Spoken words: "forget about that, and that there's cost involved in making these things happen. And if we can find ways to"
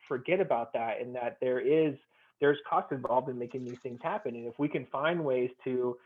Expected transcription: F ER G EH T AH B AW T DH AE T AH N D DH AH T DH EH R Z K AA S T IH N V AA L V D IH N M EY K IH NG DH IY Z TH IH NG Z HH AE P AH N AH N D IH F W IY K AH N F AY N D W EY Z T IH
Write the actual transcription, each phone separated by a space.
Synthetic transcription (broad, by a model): F ER G EH T AH B AW T DH AE T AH N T DH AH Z DH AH R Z K AA S T IH N V AA L V D IH N M EY K IH NG DH IY Z TH IH NG Z HH AE P AH N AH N IH F W IY K AH N F AY N D W EY Z T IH